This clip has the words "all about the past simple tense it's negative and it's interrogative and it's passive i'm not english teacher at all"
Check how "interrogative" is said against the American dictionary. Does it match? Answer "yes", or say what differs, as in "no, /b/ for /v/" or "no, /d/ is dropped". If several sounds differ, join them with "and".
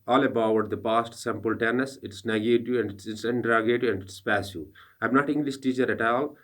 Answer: no, /v/ is dropped